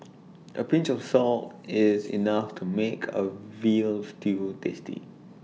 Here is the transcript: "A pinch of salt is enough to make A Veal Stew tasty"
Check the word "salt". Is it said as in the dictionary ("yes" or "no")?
yes